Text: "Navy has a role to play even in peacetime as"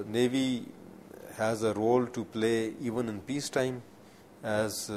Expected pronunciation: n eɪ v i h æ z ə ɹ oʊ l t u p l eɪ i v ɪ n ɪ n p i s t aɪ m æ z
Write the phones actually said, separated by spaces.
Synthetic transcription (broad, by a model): n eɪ v i h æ z ə ɹ oʊ l t u p l eɪ i v ɪ n ɪ n p i s t aɪ m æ z